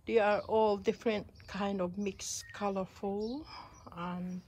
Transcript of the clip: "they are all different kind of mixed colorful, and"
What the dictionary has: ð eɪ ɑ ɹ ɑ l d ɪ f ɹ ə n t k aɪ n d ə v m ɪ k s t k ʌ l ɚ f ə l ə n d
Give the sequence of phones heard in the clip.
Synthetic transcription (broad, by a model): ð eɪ ɑ ɹ ɑ l d ɪ f ɹ ə n t k aɪ n d ə v m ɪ k s k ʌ l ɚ f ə l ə n